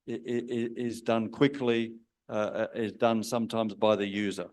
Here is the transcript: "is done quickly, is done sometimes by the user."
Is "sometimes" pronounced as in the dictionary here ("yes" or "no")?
yes